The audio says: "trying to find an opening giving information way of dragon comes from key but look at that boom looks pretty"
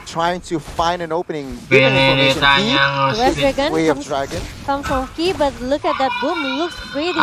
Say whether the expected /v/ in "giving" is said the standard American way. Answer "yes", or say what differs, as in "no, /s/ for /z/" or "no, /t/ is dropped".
no, /v/ is dropped